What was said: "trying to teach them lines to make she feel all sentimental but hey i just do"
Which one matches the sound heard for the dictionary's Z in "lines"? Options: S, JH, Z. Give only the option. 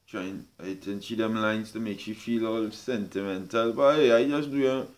S